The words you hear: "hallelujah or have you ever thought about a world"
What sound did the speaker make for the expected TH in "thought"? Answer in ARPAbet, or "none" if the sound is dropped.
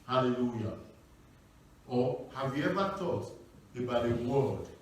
T